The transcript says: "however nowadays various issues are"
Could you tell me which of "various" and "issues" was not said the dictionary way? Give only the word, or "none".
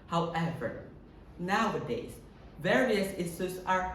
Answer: issues